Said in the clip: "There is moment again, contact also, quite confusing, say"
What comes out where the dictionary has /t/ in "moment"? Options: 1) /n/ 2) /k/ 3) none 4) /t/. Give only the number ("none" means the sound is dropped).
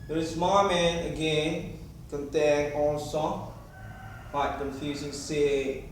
3